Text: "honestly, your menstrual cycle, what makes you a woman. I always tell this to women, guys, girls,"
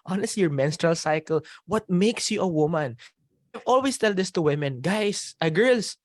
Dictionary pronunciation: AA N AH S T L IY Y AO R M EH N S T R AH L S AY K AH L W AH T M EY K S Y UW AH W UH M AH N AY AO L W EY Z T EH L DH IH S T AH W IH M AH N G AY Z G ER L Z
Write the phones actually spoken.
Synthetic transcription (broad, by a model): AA N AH S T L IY Y AO R M EH N S T R AH L S AY K AH L W AH T M EY K S Y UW AH W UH M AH N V AO L W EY S T EH L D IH S T AH W IH M AH N G AY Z G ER L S